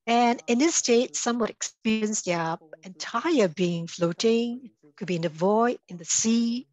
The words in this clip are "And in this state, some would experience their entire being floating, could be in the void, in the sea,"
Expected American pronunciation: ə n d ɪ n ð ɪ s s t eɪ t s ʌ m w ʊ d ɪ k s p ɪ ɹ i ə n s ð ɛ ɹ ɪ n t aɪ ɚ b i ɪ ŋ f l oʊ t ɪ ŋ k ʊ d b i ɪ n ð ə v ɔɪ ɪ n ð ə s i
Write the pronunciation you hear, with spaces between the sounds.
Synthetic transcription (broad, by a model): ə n ɪ n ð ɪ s s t eɪ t s ʌ m w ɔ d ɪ k s p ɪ ɹ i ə n s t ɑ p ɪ n t aɪ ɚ b i ɪ ŋ f l oʊ t ɪ ŋ k ʊ d b i ɪ n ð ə v ɔɪ ɪ n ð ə s i